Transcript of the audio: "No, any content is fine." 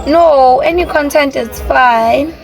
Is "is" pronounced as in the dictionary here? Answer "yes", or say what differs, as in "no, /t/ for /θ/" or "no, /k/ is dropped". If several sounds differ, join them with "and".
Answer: no, /s/ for /z/